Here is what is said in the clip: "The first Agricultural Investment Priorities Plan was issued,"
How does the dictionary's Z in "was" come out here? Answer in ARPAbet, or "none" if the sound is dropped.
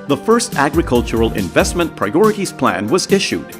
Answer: Z